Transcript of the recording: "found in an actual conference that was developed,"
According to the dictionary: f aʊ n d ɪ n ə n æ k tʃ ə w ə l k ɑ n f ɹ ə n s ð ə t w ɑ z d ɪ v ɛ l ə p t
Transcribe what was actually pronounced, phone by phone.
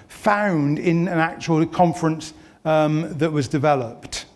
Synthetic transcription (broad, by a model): f aʊ n d ɪ n ə n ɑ k tʃ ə w ə l k ɑ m f ɹ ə n s ð ə t w ɑ z d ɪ v ɛ l ə p t